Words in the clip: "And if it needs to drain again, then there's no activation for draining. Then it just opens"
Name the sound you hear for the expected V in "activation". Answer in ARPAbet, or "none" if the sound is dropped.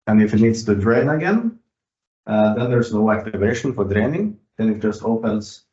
V